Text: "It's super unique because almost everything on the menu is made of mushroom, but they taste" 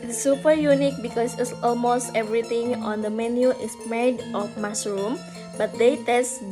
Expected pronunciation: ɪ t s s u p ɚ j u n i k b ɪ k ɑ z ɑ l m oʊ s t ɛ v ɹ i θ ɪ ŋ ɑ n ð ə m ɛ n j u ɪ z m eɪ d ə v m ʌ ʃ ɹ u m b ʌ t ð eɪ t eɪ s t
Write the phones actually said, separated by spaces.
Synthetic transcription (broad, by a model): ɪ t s s u p ɚ j u n i k b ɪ k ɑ s ɑ l m oʊ s t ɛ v ɹ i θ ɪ ŋ ɑ n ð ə m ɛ n j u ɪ s m eɪ d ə f m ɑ s ɹ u m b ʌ t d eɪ t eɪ s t